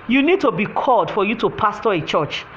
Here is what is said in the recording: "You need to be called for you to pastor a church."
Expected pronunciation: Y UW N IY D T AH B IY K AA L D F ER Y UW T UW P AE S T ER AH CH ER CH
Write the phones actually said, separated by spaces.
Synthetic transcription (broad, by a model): Y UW N IY D T AH B IY K AA L D F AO Y UW T UW P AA S T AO AH CH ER CH